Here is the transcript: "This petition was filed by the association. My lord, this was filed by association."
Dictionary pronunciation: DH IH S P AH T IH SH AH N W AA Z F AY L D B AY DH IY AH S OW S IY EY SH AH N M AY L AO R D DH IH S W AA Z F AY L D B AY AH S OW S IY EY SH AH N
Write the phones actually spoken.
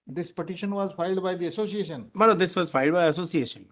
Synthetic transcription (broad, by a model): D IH S P AH T IH SH AH N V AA Z F AY L D B AY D IY AH S OW S IY EY SH AH N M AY N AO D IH S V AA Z F AY L D B AY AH S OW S IY EY SH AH N